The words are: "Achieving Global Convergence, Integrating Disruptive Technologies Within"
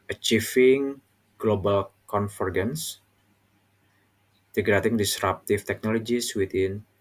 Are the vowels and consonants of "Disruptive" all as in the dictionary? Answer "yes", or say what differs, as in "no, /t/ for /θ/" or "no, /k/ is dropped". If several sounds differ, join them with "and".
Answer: no, /f/ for /v/